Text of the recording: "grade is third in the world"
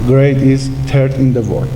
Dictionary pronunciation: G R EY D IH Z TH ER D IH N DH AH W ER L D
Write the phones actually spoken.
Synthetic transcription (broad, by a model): G R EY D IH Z T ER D IH N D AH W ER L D